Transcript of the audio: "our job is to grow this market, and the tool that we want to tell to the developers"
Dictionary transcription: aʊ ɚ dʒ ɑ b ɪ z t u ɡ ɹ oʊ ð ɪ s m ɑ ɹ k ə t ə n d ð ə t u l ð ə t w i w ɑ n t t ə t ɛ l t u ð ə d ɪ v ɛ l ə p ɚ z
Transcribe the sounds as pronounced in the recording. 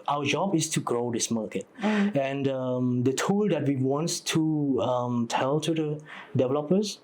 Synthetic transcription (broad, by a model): aʊ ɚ dʒ ɑ b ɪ s t u ɡ ɹ oʊ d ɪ s m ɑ k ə t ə n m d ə t u l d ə t w i w ɑ n t t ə t ɛ l t u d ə d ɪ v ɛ l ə p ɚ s